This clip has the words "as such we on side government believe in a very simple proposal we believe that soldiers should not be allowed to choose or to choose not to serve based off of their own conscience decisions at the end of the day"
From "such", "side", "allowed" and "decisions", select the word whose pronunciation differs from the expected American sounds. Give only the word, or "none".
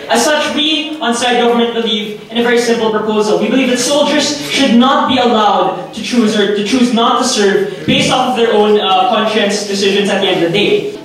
none